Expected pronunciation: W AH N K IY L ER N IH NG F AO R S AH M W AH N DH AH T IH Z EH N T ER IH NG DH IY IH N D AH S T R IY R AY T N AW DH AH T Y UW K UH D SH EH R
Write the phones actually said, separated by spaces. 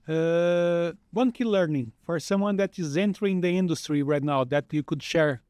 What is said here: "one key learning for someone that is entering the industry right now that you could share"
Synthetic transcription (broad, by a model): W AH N K IY L ER N IH NG F AO R S AH M W AH N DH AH T IH Z EH N T ER IH NG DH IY IH N D AH S T R IY R AY T N AW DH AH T Y UW K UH D SH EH R